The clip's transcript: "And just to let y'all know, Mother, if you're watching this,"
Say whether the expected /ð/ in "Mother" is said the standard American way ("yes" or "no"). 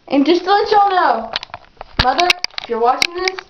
yes